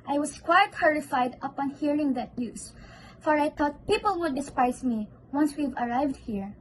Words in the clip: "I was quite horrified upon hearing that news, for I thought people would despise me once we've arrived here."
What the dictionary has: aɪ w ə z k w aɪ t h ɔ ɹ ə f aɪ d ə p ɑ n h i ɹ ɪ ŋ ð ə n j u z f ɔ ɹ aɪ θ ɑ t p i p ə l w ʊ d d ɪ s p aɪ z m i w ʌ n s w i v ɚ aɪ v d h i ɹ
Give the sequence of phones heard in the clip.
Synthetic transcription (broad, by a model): aɪ w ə s k w aɪ t h ɔ ɹ ə f aɪ d ə p ɑ n h i ɹ ɪ ŋ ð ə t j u s f ɔ ɹ aɪ t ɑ t p i p ə l w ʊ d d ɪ s p aɪ s m i w ʌ n s w i v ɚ aɪ v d h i ɹ